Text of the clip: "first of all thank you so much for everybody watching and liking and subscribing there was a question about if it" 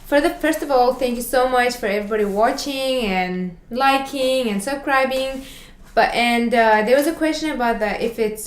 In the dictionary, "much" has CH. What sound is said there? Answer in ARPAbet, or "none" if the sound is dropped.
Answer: CH